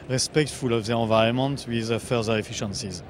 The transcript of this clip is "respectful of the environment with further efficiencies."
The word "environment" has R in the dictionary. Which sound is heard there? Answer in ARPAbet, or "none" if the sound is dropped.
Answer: none